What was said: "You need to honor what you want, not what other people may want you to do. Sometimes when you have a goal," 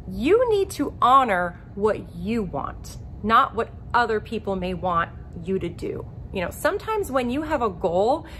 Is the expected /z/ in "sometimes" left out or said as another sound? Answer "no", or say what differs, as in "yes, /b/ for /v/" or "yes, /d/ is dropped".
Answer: no